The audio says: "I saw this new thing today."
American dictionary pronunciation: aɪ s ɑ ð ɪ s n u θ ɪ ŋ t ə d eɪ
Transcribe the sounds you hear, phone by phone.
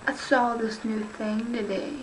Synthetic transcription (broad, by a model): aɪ s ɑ ð ɪ s n u θ ɪ ŋ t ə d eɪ